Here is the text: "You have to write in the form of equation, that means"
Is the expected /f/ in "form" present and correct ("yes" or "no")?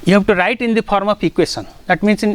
no